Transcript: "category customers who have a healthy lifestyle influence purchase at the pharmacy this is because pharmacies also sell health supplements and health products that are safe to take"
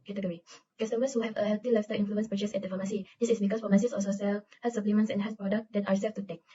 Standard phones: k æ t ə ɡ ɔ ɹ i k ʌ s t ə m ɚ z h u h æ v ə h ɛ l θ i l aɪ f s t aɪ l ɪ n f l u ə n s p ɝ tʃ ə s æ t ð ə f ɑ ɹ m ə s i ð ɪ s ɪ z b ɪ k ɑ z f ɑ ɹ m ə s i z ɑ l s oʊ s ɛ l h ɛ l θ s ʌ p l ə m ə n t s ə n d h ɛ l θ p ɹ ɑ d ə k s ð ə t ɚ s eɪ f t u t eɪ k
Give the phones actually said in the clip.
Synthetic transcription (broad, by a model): k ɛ t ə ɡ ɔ ɹ i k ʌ s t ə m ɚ s h u h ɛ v ə h ɛ l t i l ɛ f s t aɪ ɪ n f l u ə n s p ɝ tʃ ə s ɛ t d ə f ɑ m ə s i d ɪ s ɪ s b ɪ k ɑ s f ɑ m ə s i s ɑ s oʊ s ɛ l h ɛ s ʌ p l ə m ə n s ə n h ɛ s p ɹ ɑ d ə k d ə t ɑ s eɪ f t u t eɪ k